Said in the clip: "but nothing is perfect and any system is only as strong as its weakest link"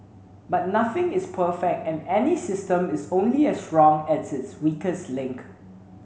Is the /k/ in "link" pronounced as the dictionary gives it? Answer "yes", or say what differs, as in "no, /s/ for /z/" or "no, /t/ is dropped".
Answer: yes